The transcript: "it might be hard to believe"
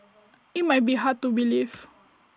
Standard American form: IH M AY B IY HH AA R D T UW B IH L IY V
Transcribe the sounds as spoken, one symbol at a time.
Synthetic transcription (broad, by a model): IH M AY B IY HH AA T UW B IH L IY F